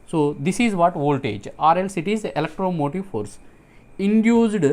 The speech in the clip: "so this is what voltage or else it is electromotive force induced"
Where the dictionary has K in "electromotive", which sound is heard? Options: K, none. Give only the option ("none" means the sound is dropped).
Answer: K